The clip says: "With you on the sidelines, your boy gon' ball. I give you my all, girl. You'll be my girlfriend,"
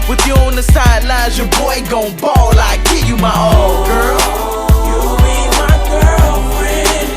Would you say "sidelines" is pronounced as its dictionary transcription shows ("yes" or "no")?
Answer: no